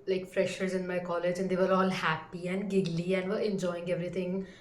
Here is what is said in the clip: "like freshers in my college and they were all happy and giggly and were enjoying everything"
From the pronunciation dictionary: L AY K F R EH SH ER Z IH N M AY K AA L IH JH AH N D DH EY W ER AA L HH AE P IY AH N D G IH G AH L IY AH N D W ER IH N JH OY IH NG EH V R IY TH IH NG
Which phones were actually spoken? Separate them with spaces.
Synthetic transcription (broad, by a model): L AY K F R EH SH ER Z IH N M AY K AA L IH JH AH N D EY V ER AA L HH AE P IY AH N D G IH G L IY AH N D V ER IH N JH OY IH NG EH V R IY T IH NG